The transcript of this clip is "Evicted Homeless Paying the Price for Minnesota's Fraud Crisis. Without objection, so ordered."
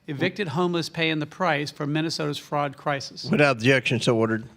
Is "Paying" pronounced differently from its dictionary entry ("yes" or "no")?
no